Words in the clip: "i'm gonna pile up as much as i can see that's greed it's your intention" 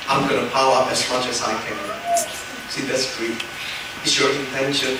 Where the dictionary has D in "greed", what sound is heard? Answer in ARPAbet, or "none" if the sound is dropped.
none